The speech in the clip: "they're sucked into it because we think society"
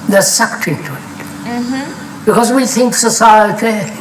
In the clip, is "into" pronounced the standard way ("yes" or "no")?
no